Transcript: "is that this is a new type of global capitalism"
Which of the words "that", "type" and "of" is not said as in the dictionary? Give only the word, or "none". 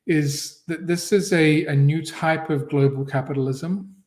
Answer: none